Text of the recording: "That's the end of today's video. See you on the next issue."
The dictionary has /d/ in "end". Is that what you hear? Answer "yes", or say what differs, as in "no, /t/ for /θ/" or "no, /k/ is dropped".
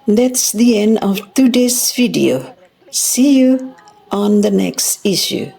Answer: yes